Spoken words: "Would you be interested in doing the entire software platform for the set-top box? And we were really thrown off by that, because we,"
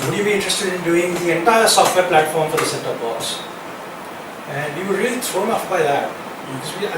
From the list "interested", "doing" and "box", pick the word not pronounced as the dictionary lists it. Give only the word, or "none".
box